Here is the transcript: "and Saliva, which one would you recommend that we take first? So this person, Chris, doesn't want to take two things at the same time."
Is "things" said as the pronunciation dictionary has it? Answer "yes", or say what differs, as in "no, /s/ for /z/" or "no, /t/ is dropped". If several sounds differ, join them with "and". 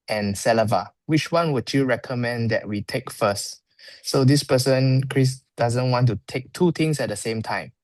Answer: no, /t/ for /θ/ and /s/ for /z/